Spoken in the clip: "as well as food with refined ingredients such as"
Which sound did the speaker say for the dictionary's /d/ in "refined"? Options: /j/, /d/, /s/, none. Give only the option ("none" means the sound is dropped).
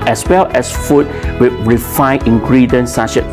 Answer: none